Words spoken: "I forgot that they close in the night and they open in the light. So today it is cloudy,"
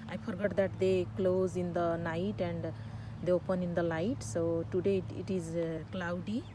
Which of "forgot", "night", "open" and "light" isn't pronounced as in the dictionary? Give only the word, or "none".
forgot